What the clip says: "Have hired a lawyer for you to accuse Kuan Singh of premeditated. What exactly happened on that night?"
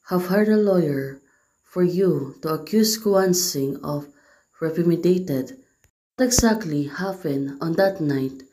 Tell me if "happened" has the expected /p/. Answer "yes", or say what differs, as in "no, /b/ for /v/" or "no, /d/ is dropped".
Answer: no, /f/ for /p/